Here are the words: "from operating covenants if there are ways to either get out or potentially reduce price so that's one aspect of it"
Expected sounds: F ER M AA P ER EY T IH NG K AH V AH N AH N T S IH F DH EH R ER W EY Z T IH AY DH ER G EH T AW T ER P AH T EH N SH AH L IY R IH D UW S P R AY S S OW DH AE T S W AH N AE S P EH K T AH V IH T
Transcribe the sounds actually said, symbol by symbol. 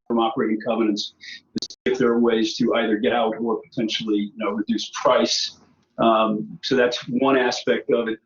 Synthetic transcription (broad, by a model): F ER M AA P ER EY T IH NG K AH V AH N AH N T S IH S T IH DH ER W EY Z T IH AY DH ER G EH T AW T ER P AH T EH N SH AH N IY R IH D UW S P R AY S S OW DH AE T S W AH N AE S P EH K T AH V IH T